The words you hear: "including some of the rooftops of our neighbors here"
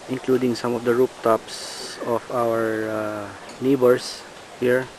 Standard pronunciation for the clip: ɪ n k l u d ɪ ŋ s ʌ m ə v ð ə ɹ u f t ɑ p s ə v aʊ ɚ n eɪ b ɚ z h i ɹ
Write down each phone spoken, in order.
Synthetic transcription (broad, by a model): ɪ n k l u d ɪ ŋ s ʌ m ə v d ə ɹ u p t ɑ p s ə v aʊ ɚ n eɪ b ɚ s h i ɹ